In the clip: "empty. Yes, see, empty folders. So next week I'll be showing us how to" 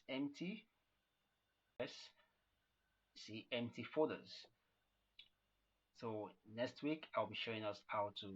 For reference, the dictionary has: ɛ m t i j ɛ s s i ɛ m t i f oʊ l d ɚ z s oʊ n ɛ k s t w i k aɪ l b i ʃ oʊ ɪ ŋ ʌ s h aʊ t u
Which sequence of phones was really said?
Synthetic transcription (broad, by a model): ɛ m t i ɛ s s i ɛ m t i f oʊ d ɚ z s oʊ n ɛ k s t w i k aɪ l b i ʃ oʊ ɪ ŋ ʌ s h aʊ t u